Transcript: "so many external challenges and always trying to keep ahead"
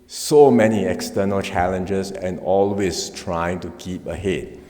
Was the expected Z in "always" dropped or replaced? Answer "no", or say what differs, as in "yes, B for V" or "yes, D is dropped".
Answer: yes, S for Z